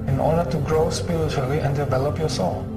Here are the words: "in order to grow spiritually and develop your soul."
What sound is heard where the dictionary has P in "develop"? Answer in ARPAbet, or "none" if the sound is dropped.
P